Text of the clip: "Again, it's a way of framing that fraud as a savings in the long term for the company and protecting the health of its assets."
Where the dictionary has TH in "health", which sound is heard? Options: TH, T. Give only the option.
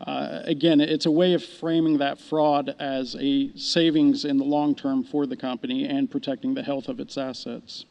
TH